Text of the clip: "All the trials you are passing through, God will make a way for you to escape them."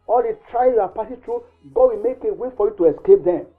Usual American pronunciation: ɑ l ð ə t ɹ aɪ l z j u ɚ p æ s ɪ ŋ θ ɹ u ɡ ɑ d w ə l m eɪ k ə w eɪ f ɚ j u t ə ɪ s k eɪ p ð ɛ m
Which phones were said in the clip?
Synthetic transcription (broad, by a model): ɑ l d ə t ɹ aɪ z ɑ p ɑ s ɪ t ɹ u ɡ ɑ d w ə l m eɪ k ə w eɪ f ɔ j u t ə ɪ s k eɪ p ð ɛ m